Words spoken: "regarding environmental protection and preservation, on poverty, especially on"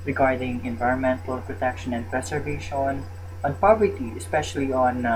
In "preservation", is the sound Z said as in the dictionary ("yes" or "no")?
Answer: no